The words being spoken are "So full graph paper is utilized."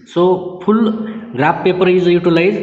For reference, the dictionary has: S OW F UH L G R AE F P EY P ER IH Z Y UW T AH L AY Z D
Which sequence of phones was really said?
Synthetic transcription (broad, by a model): S OW P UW L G R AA P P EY P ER IH Z Y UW T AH L AY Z